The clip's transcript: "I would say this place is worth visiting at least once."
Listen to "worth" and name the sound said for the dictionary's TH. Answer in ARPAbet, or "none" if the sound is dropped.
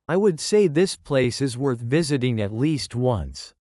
TH